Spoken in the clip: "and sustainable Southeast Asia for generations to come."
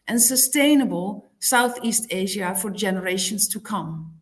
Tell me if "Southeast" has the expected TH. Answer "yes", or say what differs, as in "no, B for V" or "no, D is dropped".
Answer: yes